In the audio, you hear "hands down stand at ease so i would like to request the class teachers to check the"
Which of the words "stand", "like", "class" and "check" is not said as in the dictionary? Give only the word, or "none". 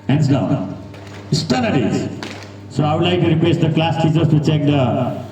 stand